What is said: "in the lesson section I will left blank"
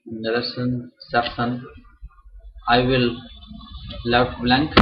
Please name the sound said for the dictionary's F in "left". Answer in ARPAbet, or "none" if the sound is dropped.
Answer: none